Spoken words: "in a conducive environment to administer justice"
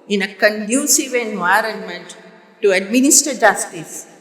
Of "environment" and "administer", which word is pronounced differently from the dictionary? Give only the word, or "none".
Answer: none